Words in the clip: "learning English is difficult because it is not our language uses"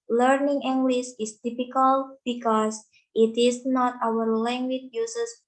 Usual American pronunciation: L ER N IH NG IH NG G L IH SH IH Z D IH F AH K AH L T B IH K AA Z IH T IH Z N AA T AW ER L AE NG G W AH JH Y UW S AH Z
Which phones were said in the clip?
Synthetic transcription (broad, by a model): L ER N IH NG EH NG G L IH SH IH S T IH P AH K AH L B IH K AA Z IH T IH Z N AA T AW ER L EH NG G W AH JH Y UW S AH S